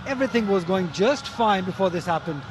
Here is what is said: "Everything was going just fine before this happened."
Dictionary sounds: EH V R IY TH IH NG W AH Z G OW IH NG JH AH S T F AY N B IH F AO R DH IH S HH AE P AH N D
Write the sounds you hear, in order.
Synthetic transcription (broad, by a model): EH V R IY TH IH NG W AH Z G OW IH NG JH AH S T F AY N B IH F AO R DH IH S HH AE P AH N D